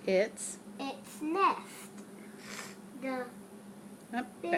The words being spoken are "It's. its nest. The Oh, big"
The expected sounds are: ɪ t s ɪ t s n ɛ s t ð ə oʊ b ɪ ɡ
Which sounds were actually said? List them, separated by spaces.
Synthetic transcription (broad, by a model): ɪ t s ɪ t s n ɛ s t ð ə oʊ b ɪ